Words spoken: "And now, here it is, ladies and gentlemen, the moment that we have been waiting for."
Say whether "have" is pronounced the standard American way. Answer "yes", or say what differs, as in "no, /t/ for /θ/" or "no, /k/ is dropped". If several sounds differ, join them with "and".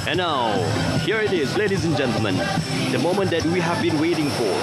yes